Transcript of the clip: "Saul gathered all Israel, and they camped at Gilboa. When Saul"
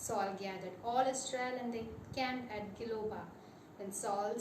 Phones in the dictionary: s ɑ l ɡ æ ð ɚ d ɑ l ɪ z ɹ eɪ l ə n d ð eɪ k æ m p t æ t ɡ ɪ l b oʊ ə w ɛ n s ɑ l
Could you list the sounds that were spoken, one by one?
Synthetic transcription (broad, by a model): s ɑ l ɡ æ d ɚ d ɑ l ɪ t ɹ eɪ l ə n d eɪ k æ m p æ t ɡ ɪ l oʊ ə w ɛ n s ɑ l